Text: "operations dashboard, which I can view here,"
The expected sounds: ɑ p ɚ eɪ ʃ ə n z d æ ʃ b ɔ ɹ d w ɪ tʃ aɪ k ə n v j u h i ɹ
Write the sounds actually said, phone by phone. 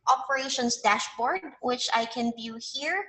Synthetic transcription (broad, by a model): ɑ p ɚ eɪ ʃ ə n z d æ ʃ b ɔ ɹ d w ɪ tʃ aɪ k ə n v j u h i ɹ